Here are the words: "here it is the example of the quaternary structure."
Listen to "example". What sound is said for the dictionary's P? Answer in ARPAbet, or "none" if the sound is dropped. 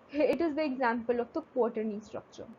P